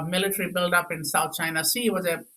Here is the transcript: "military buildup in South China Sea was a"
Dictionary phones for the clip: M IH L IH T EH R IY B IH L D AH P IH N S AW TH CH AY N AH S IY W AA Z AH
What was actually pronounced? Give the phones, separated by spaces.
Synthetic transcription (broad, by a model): M IH L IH T R IY B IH L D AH P IH N S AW T CH AY N AH S IY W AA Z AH